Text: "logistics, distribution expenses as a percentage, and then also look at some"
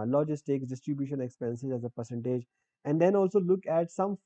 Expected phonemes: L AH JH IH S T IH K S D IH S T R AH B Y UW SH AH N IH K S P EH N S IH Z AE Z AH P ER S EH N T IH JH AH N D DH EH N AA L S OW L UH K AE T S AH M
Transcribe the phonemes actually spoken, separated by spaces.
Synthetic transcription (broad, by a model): L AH JH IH S T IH K S D IH S T R AH B Y UW SH AH N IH K S P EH N S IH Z AE Z AH P ER S EH N T IH JH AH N D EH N AA L S OW L UH K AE T S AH M